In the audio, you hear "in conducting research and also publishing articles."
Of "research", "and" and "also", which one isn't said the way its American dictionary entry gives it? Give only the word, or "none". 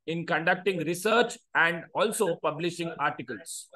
none